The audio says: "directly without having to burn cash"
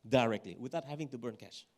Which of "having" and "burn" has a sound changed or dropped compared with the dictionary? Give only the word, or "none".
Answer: none